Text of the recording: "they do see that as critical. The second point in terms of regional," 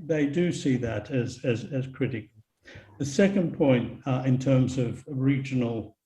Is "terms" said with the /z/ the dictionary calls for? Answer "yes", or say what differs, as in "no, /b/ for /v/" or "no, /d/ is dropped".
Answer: yes